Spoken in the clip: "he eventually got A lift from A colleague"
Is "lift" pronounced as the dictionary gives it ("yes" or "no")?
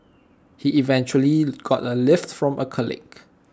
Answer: yes